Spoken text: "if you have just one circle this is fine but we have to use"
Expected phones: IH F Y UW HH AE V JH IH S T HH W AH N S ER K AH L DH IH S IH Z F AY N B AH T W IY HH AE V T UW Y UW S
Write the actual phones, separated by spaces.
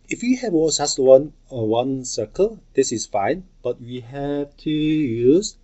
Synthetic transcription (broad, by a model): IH F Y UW HH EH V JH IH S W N W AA N S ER K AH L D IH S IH S F AY N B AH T W IY HH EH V T UW Y UW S